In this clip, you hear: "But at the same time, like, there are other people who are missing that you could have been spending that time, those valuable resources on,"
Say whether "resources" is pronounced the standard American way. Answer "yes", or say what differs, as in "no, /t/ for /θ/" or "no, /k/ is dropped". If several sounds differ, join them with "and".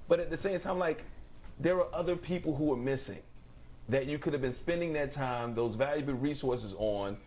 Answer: yes